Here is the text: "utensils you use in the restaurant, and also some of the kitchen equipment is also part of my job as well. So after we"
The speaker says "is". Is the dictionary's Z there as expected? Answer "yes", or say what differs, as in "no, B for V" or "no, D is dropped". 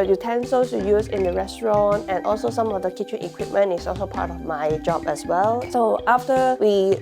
no, S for Z